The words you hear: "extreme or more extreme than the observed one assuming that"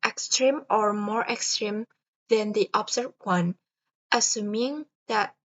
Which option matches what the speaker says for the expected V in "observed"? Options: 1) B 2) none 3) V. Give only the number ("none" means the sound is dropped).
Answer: 2